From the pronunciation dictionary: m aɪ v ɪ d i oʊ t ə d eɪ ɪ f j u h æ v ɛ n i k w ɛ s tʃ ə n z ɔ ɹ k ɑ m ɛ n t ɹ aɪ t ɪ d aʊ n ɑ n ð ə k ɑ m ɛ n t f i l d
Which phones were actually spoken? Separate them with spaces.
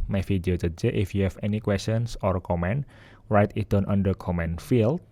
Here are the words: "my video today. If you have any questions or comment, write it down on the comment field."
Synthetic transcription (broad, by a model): m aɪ f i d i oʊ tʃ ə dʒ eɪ ɪ f j u h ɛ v ɛ n i k w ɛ s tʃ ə n s ɔ ɹ k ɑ m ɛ n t ɹ aɪ t ɪ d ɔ n ɑ n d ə k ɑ m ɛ n f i l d